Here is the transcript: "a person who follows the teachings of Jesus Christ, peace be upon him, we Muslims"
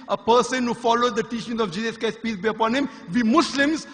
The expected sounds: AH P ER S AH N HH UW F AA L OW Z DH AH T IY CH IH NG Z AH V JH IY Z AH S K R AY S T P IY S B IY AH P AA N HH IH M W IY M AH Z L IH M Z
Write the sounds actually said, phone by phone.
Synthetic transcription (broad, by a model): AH P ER S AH N HH UW F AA L OW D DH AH T IY CH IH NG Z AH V JH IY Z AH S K AY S P IY S B IY AH P AA N HH IH M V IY M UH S L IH M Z